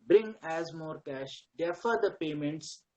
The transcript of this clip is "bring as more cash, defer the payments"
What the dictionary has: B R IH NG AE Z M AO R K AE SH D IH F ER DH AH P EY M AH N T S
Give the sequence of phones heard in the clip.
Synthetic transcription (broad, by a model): B R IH NG AE Z M AO R K AE SH D IH F ER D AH P EY M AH N T S